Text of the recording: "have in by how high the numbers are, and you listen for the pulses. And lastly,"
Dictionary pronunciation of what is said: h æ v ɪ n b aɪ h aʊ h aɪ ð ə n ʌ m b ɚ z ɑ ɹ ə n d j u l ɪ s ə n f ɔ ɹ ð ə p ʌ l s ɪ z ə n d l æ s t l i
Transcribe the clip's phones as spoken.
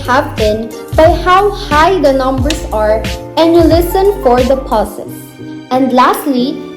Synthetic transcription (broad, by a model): h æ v ɪ n b aɪ h aʊ h aɪ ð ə n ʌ m b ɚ s ɑ ɹ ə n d j u l ɪ s ə n f ɔ ɹ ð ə p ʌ s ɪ s ə n d l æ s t l i